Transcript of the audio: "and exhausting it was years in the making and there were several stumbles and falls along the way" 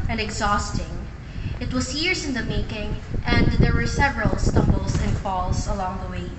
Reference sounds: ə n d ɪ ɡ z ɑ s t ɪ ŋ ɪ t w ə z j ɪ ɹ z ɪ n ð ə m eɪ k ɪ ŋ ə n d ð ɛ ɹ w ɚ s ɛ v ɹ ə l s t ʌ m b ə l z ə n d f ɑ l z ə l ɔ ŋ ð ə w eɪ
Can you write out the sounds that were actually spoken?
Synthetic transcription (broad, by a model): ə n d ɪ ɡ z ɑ s t ɪ ŋ ɪ t w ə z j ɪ ɹ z ɪ n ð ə m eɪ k ɪ ŋ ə n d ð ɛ ɹ w ɚ s ɛ v ɹ ə l s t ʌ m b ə l s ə n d f ɑ l s ə l ɔ ŋ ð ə w eɪ